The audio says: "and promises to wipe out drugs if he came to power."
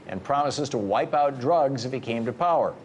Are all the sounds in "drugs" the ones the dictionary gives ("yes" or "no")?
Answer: yes